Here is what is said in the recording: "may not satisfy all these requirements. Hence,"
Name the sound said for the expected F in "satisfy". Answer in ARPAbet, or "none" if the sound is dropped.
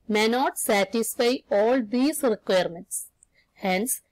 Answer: F